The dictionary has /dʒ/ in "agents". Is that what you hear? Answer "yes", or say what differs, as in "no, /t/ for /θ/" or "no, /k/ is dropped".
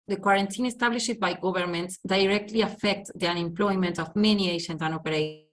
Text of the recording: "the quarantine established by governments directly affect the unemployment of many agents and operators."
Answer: no, /ʃ/ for /dʒ/